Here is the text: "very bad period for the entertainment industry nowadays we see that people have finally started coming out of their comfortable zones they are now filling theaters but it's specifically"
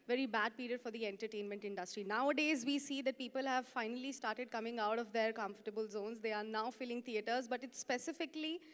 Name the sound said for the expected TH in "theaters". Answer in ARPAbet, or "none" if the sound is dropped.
T